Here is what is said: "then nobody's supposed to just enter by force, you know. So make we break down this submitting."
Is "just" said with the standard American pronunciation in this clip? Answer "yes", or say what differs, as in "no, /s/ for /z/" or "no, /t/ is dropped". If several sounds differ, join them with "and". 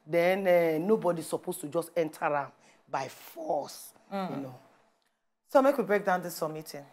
yes